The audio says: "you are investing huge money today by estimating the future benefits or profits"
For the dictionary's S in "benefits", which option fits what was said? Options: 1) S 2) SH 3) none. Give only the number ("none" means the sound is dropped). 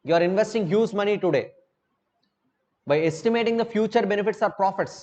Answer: 1